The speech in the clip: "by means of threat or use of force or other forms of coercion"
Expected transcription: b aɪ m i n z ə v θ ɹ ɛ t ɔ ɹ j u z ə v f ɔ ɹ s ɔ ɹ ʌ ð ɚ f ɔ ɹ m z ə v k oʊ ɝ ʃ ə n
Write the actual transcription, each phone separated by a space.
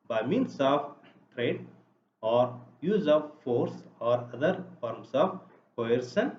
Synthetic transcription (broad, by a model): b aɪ m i n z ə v t ɹ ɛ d ɔ ɹ j u z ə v f ɔ ɹ s ɔ ɹ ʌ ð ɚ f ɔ ɹ m s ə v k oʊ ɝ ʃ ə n